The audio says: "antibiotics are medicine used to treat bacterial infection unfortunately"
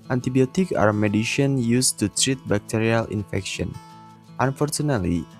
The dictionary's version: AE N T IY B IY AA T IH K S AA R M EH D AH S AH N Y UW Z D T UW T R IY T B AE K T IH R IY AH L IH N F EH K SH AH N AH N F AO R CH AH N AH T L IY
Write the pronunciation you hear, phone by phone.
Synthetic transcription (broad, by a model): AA N T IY B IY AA T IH K AA R M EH D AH SH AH N Y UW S T UW T R IY T B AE K T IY R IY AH L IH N F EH K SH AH N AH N F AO R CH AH N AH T L IY